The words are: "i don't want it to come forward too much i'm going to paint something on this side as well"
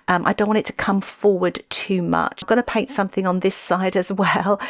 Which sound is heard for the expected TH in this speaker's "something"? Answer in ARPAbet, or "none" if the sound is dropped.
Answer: TH